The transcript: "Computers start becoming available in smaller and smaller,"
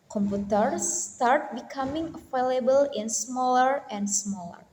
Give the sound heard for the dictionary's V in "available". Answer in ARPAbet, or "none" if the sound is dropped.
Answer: F